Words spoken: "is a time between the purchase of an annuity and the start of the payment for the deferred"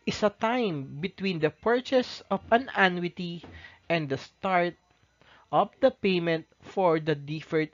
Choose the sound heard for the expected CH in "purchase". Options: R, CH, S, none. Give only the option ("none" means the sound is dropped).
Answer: CH